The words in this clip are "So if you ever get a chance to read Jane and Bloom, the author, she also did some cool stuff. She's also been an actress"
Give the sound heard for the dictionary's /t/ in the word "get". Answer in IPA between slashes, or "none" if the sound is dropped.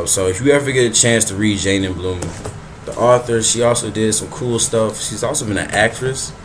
/t/